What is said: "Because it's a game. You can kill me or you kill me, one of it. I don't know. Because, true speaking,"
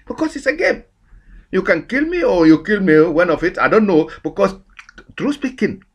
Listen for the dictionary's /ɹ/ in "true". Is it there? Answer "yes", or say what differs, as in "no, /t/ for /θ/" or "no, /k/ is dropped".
yes